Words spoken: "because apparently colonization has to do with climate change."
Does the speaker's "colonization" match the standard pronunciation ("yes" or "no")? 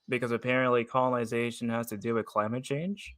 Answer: yes